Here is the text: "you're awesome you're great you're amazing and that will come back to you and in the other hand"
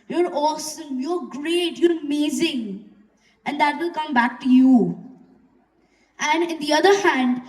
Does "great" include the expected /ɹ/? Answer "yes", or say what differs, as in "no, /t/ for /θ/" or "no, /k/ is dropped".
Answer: yes